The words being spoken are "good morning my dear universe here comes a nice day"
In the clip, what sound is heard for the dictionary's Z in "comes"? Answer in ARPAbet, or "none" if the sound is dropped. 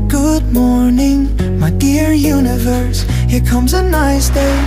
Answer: Z